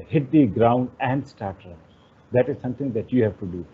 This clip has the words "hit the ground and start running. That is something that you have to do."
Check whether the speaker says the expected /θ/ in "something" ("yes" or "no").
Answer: no